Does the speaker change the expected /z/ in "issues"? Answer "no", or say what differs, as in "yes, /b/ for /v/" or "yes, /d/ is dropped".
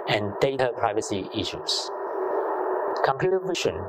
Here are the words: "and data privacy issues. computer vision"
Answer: yes, /s/ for /z/